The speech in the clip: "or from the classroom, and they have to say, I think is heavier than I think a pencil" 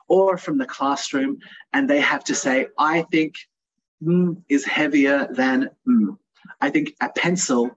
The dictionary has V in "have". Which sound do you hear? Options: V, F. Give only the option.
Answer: F